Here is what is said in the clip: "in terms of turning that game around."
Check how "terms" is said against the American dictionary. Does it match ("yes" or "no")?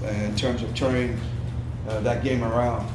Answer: yes